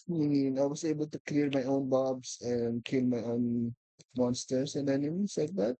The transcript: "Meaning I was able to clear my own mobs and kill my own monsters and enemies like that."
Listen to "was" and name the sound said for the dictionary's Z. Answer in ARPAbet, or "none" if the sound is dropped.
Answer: S